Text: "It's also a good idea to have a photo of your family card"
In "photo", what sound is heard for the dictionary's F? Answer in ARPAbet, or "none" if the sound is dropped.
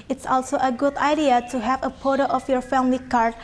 P